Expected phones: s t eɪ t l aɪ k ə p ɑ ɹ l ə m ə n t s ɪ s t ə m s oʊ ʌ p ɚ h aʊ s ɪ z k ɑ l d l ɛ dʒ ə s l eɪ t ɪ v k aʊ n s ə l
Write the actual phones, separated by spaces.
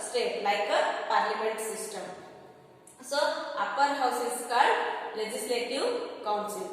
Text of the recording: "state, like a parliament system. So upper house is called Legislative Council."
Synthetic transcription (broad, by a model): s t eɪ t l aɪ k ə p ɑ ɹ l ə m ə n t s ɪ s t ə m s oʊ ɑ p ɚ h aʊ s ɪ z k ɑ d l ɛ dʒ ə s l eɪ t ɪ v k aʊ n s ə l